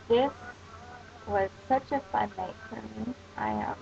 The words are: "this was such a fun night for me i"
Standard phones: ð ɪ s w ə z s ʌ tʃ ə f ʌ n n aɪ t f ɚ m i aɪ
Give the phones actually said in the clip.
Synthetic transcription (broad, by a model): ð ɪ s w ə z s ʌ tʃ ə f ʌ n l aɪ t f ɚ m i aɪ